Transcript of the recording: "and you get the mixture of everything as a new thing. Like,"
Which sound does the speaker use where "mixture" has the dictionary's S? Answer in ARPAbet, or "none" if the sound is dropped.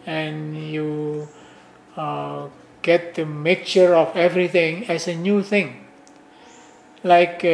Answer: none